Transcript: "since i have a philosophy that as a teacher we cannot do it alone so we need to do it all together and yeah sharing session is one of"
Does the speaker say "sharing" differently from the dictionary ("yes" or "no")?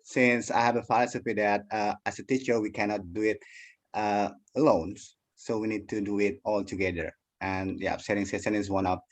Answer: yes